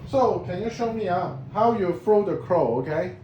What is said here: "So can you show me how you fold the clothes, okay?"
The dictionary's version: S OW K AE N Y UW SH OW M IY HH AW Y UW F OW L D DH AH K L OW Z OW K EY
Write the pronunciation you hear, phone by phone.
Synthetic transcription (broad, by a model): S OW K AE N Y UW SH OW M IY HH AW Y UW F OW D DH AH K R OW OW K EY